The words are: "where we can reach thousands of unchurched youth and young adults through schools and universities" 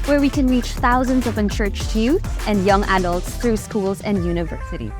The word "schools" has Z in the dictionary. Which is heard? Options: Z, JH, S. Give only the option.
Z